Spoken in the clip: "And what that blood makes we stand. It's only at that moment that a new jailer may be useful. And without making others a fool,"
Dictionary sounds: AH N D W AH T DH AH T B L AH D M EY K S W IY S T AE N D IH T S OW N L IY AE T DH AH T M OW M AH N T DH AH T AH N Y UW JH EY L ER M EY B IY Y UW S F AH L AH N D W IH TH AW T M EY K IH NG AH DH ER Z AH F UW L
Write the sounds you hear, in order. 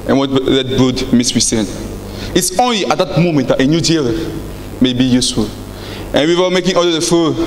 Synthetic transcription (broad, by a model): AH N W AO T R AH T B UW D M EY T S W IY S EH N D IH T S OW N L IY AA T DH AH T M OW M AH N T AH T AH N Y UW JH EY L M EY B IY Y UW S F AH L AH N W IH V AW M EY K IH NG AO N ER AH F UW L